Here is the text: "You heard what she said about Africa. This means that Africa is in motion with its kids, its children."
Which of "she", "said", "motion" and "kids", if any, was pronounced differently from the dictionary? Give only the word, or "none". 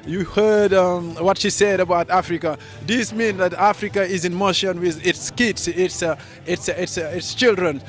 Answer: kids